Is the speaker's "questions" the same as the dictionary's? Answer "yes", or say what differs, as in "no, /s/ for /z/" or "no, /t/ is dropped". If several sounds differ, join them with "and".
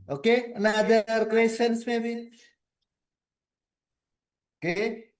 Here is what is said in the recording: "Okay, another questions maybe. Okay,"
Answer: no, /tʃ/ is dropped and /s/ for /z/